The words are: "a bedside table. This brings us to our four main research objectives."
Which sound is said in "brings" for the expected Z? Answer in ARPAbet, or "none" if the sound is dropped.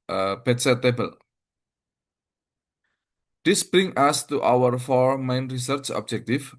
none